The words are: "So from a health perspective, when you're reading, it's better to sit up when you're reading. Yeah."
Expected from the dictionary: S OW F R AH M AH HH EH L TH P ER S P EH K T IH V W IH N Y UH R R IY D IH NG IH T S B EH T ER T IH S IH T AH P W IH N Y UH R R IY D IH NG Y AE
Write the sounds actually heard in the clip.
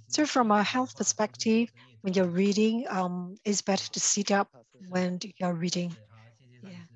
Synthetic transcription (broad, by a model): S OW F R AH M AH HH EH L TH P ER S P EH K T IH V W IH N Y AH R R IY D IH NG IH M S B EH T ER T IH S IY T AH P W IH N Y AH R R IY D IH NG Y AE